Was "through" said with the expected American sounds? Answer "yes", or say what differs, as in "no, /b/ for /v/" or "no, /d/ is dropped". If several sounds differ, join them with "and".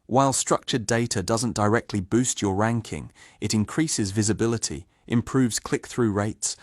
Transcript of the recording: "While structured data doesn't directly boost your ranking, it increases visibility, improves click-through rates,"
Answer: yes